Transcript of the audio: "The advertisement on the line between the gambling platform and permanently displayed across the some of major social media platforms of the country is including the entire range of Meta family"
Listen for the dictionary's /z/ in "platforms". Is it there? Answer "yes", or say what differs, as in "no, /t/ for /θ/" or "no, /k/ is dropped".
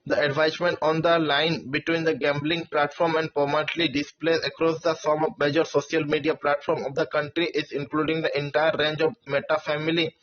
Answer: no, /z/ is dropped